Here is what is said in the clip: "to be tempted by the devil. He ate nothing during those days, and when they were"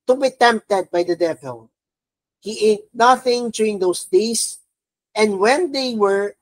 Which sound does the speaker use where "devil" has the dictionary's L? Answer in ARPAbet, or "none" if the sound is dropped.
L